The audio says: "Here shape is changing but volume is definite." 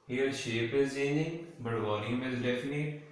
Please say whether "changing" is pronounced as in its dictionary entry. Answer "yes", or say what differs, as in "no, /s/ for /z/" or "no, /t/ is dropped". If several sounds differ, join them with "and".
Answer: no, /dʒ/ is dropped